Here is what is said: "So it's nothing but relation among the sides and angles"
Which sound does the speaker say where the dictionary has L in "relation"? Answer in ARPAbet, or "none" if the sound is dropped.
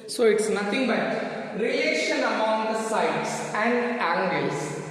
none